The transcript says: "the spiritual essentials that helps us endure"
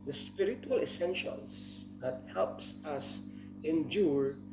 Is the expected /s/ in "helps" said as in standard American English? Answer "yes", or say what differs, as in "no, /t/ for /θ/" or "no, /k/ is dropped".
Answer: yes